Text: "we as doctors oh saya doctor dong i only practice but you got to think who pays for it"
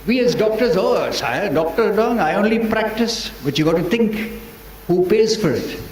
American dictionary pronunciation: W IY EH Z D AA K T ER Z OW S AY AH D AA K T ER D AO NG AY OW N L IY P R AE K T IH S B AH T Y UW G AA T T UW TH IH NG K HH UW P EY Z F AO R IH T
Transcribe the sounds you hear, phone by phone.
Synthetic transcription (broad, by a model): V IY EH Z D AA K T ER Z OW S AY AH D AA K T ER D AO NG AY OW N L IY P R AE K T IH S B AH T Y UW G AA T T UW T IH NG K HH UW P EY Z F AO R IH T